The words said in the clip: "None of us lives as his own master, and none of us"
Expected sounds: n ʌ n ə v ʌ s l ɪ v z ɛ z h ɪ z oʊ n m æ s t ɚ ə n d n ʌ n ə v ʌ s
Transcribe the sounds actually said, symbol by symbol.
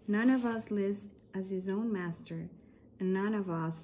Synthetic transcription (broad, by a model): n ʌ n ə v ʌ s l ɪ v z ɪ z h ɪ z oʊ n m æ s t ɚ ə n n ʌ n ə v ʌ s